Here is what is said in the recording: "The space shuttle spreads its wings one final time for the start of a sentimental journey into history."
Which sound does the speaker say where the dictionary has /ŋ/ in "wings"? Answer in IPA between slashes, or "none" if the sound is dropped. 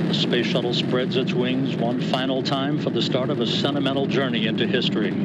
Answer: /ŋ/